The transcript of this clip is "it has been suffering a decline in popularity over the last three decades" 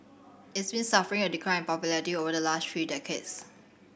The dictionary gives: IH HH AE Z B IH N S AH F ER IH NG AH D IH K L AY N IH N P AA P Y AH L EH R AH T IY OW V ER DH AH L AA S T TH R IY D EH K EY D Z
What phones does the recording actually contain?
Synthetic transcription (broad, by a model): IH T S B IH N S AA F ER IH NG AH D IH K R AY IH N P AA P Y AH L EH R AH T IY OW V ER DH AH L AA S T F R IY D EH K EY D S